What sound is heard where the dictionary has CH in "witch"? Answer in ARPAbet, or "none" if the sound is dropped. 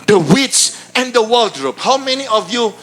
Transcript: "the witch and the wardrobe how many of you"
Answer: S